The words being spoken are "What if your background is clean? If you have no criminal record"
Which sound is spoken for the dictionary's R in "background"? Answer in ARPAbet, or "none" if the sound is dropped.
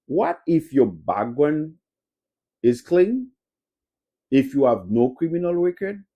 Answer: W